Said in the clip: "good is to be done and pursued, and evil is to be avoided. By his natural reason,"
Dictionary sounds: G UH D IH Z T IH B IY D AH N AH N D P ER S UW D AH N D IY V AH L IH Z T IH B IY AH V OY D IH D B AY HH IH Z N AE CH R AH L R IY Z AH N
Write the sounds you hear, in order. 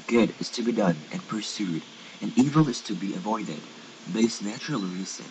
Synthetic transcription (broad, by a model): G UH D IH Z T IH B IY D AH N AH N P ER S UW D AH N IY V AH L IH Z T IH B IY AH V OY D IH D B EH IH S N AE CH R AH L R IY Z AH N